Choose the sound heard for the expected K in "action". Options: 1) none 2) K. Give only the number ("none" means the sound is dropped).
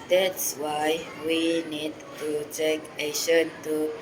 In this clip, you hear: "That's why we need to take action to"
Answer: 1